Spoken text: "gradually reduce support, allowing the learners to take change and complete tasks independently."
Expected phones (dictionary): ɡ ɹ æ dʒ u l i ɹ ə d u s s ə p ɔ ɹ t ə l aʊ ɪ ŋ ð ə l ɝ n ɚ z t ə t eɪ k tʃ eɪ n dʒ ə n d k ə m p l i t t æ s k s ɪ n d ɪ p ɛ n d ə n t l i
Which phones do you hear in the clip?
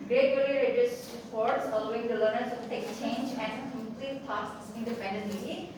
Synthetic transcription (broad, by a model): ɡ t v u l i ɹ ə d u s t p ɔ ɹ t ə l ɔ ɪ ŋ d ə l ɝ n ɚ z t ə t eɪ k tʃ eɪ n dʒ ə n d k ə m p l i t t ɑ k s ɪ n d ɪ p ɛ n d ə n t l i